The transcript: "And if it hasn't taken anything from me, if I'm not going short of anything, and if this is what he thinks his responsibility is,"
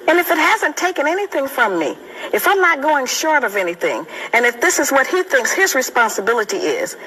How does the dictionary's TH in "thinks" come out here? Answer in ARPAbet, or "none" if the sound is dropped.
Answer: TH